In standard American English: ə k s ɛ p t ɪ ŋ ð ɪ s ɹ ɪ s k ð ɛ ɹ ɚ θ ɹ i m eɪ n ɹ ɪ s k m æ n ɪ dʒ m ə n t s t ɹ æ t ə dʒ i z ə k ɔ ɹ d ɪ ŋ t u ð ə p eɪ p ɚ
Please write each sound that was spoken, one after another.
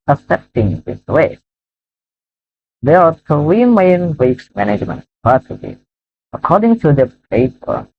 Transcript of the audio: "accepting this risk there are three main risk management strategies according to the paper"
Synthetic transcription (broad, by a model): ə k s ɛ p t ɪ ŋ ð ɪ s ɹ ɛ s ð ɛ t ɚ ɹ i m eɪ n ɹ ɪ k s m æ n ɪ dʒ m ə n t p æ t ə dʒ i ə k ɔ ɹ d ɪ ŋ t u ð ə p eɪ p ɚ